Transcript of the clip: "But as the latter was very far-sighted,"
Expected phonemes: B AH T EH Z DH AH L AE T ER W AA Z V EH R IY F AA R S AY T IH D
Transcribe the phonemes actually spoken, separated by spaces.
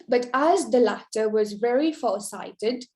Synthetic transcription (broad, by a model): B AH T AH Z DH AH L AE T ER W AA Z V EH R IY F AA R S AY T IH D